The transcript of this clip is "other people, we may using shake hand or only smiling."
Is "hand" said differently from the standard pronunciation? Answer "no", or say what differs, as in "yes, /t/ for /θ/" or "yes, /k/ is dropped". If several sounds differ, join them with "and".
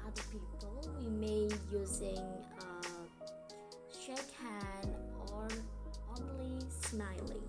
yes, /d/ is dropped